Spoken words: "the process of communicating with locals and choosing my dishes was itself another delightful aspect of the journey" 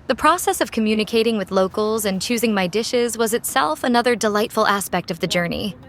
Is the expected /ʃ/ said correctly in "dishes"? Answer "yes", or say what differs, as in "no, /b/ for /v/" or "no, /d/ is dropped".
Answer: yes